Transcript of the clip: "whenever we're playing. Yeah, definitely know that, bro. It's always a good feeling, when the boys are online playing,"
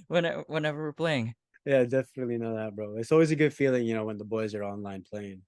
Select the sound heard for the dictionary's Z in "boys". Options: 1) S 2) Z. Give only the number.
2